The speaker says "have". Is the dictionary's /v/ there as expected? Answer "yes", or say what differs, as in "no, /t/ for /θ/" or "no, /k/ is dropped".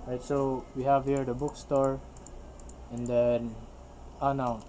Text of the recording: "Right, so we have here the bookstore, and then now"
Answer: yes